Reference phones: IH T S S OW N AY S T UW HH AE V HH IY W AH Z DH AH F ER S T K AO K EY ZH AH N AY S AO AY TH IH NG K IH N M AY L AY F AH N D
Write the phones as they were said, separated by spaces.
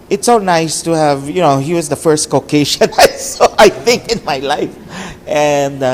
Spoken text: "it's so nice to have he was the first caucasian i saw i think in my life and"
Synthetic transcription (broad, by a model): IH T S S OW N AY S T UW HH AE V HH IY W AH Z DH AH F ER S T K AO K EY SH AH N AY S AO AY TH IH NG K IH N M AY L AY F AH N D